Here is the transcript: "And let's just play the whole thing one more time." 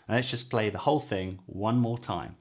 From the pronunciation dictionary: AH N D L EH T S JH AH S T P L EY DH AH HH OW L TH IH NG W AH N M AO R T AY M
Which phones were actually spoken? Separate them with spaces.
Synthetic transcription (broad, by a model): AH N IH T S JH AH S P L EY DH AH HH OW L TH IH NG W AH N M AO T AY M